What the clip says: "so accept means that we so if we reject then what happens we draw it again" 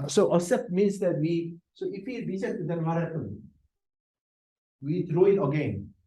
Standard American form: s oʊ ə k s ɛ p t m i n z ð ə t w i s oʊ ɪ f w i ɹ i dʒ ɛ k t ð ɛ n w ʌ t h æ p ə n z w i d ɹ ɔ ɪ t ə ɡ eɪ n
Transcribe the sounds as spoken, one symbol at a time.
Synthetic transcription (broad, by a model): s oʊ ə s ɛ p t m i n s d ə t w i s oʊ ɪ f w i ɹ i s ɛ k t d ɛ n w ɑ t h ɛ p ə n w i d ɹ ɔ ɪ t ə ɡ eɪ n